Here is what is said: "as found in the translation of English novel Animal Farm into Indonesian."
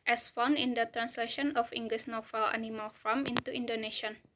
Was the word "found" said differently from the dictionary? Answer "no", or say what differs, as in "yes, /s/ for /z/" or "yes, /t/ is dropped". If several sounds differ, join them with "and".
yes, /d/ is dropped